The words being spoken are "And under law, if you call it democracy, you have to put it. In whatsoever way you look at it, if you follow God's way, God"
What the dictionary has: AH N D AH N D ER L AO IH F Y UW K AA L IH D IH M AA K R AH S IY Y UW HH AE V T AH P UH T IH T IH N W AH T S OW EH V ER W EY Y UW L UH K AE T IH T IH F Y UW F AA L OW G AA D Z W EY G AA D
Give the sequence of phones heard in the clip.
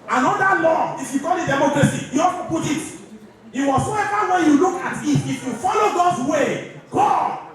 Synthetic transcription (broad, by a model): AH N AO D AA L AO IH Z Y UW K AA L IH D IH M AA K R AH S IY Y UW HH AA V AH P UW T IH T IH W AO S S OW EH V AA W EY Y UW L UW K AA T IH T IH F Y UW F AA L OW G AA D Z W EY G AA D